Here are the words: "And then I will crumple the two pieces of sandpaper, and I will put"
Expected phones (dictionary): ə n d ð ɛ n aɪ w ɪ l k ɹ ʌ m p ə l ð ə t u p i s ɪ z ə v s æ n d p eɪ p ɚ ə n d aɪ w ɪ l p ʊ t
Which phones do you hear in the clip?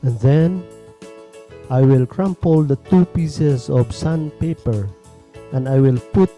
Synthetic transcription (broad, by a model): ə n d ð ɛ n aɪ w ɪ l k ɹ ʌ m p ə l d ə t u p i s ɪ s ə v s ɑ n p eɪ p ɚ ə n d aɪ w ɪ l p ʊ t